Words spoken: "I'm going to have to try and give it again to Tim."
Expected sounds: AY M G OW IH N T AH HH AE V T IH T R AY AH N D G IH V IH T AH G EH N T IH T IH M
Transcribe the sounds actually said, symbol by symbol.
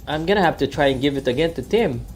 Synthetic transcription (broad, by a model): AY M G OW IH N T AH HH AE F T IH T R AY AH N G IH V IH T AH G EH N T IH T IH M